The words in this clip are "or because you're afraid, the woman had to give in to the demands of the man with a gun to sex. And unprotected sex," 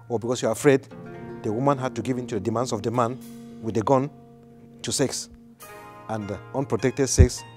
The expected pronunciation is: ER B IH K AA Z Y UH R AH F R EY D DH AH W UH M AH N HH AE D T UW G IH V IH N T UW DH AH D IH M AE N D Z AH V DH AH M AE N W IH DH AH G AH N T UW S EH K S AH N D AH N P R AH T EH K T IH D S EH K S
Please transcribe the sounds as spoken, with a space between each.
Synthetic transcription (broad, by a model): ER B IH K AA S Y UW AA AH F R EY D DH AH W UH M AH N HH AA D T UW G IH V IH N T UW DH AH D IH M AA N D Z AH V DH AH M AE N W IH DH AH G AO N T UW S EH K S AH N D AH N P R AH T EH K T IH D S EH K S